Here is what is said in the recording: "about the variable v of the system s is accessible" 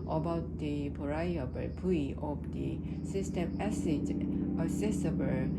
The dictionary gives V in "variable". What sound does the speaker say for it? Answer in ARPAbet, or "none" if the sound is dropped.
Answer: P